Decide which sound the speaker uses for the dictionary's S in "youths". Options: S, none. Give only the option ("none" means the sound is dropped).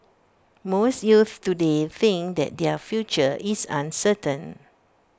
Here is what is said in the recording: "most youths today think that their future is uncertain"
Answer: none